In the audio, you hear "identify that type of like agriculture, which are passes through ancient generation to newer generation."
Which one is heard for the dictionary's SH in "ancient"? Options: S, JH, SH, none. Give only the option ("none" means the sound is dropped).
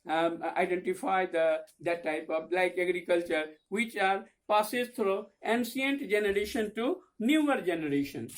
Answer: S